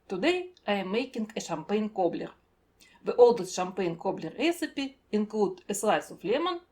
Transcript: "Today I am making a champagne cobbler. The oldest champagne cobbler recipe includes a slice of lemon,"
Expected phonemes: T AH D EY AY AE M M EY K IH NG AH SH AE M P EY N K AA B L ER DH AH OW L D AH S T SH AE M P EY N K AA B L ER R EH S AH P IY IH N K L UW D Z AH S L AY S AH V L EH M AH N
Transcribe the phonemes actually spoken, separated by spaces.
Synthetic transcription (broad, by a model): T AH D EY AY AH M M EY K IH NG AH SH AE M P EY N K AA B L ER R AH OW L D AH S SH AE M P EY N K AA B L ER R EH S AH P IY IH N K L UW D AH S L AY S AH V L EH M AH N